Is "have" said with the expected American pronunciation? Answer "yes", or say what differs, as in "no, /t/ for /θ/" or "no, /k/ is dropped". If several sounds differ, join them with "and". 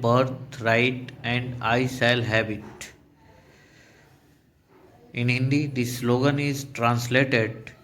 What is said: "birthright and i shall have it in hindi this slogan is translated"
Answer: no, /b/ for /v/